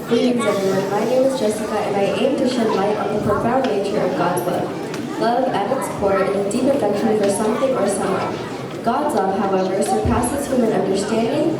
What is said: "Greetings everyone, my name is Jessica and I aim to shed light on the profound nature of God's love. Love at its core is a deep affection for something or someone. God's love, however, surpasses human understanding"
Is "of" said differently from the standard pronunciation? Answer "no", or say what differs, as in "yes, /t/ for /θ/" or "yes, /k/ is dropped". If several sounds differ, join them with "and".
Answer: no